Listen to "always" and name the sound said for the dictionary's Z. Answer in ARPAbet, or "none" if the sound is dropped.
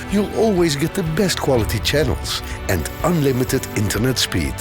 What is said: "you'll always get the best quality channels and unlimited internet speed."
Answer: Z